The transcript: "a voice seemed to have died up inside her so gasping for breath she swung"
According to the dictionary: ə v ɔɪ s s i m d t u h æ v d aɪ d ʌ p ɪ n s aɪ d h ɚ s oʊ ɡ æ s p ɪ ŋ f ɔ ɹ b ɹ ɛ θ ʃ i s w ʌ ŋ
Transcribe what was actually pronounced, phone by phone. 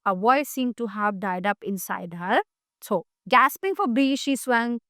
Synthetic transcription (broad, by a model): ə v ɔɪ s s i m t u h æ v d aɪ d ʌ p ɪ n s aɪ d h ɚ s oʊ ɡ æ s p ɪ ŋ f ɔ ɹ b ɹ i ʃ i s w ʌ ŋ